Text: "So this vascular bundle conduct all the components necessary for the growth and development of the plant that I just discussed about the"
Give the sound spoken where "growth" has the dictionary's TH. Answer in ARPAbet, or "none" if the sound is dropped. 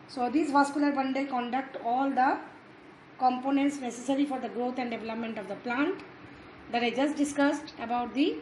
T